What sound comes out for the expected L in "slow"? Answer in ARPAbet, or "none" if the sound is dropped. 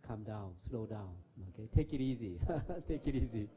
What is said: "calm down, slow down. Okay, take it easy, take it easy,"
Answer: L